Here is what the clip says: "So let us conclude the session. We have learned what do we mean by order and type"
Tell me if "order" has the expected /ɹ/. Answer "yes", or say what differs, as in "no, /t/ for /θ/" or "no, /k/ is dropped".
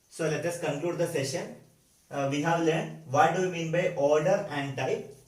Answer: yes